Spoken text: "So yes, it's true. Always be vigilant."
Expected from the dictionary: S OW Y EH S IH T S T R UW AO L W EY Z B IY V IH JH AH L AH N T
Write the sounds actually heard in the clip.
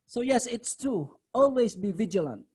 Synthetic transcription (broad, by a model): S OW Y EH S IH T S T UW AO L W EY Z B IY V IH JH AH L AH N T